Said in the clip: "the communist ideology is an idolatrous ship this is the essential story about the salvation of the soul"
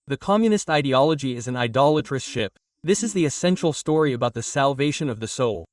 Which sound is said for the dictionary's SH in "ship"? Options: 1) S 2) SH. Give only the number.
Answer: 2